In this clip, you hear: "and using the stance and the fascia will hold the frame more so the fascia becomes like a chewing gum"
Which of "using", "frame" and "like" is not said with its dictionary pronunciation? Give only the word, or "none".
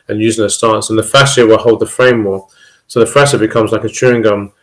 none